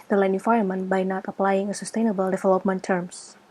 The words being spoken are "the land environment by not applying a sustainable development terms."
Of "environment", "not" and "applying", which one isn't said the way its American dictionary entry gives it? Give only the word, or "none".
environment